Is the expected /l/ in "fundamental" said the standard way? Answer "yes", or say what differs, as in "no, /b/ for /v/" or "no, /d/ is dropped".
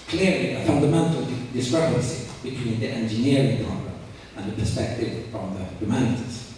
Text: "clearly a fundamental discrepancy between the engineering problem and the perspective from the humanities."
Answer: yes